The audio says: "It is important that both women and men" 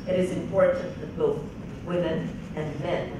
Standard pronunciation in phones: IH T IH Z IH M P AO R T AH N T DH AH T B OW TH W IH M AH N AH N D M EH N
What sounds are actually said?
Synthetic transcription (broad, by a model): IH T IH Z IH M P AO R T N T DH AH T B OW TH W IH M AH N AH N M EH N